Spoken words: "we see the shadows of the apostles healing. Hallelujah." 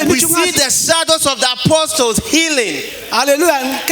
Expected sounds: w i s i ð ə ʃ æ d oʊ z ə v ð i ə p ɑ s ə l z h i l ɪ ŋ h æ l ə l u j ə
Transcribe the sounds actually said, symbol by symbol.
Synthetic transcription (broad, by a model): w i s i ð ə s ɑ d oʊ s ə v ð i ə p ɑ s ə l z h i l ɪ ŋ h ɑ l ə l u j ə